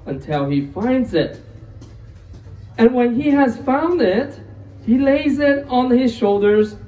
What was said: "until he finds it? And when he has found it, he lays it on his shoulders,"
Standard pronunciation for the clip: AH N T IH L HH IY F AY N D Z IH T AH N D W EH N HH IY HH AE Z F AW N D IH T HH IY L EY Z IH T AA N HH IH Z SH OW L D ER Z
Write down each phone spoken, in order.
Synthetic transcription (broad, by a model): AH N T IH L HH IY F AY N D Z IH T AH N W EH N IY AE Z F AW N D IH T HH IY L EY Z IH T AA N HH IH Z SH OW L D ER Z